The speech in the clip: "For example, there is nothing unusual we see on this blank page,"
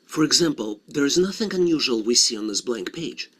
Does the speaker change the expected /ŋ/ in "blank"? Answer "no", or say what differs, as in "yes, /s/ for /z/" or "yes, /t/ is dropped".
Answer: no